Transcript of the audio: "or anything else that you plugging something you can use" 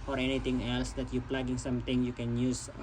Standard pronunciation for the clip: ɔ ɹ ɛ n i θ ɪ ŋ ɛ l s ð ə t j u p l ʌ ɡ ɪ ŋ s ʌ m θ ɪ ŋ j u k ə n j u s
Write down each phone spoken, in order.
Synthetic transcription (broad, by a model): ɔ ɹ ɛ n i t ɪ ŋ ɛ l s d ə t j u p l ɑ ɡ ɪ ŋ s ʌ m t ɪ ŋ j u k ə n j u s